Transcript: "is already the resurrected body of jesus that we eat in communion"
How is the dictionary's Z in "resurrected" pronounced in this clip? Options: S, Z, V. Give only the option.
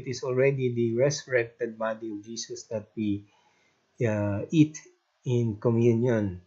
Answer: S